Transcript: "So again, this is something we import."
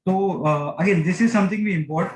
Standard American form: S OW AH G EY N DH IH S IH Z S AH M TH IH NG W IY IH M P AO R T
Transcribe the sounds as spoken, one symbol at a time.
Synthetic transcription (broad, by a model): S OW AH G EY N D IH S IH Z S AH M T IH NG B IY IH M P AO R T